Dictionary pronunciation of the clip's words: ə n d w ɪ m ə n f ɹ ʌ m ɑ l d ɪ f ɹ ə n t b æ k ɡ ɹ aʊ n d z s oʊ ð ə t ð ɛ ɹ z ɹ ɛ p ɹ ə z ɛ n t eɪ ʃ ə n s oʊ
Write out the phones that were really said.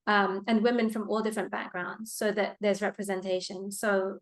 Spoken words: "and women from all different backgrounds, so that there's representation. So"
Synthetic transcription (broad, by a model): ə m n w ɪ m ə n f ɹ ʌ m ɑ l d ɪ f ɹ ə n b æ k ɡ ɹ aʊ n d z s oʊ ð ə t ð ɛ ɹ z ɹ ɛ p ɹ ə z ɛ n t eɪ ʃ ə n s oʊ